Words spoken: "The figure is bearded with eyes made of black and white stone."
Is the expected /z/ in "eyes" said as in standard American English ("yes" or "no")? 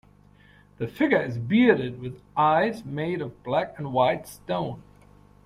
yes